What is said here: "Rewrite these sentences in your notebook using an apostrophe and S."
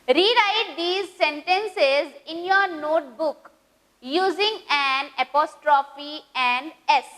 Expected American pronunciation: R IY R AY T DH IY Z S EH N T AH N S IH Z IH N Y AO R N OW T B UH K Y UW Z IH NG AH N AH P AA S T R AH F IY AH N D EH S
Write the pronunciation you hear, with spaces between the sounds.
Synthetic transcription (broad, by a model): R IY R AY T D IY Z S EH N T AH N S IH Z IH N Y AO R N OW T B UH K Y UW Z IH NG AH N AH P AA S T R AH F IY AH N D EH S